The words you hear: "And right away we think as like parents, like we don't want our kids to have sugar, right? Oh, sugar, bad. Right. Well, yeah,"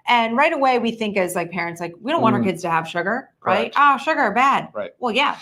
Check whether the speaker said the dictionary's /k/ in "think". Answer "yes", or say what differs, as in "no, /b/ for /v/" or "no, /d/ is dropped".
yes